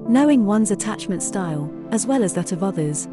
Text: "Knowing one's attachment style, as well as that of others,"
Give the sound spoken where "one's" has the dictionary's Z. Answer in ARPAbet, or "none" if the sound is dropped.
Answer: Z